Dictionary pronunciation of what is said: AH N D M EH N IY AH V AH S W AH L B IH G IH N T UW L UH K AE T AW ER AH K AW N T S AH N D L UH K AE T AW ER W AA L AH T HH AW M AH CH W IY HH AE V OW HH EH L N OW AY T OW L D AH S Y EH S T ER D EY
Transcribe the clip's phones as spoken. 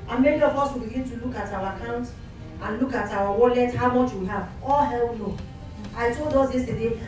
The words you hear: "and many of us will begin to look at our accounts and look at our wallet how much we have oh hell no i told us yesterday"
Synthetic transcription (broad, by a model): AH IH M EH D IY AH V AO S W AH L B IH G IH N T UW L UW K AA T AW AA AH K AW N T AH N L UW K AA T AW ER W AA L AH T HH AW M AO CH W IY HH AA V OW HH EH L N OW AY T OW L D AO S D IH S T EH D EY